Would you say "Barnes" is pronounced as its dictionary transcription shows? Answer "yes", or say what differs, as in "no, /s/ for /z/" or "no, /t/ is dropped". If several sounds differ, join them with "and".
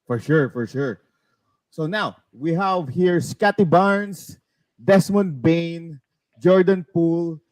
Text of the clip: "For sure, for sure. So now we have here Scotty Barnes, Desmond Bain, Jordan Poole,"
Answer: no, /s/ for /z/